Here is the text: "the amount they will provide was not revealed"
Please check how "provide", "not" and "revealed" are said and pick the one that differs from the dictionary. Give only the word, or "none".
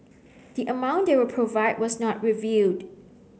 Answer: revealed